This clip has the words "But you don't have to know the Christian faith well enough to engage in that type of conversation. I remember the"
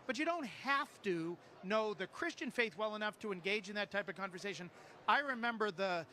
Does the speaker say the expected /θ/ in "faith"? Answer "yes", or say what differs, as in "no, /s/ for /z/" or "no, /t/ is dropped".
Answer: yes